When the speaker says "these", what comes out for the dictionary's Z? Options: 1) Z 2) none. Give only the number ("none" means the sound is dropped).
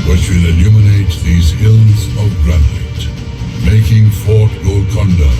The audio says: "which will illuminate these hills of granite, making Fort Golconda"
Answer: 1